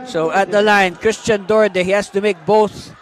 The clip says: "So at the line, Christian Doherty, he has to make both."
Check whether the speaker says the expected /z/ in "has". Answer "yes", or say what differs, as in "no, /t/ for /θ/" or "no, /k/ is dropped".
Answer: no, /s/ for /z/